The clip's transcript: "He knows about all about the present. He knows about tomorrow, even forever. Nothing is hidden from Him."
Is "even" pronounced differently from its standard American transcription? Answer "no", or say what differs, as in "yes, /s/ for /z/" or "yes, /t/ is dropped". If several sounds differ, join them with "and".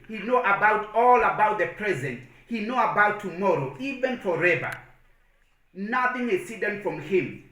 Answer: no